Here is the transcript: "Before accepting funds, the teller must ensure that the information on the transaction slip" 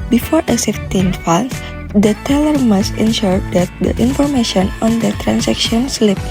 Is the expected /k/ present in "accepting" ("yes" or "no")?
no